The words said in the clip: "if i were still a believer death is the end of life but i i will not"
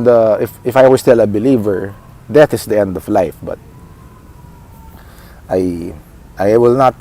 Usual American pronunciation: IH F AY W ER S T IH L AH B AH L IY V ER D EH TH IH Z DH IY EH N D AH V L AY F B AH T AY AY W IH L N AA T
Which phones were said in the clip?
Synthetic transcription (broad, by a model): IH F AY W ER S T IH L AH B AH L IY V ER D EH T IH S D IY EH N D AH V L AY F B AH T AY AY W IH L N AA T